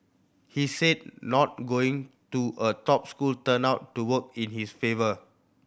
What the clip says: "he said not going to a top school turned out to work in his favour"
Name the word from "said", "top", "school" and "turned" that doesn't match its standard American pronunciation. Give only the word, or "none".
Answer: turned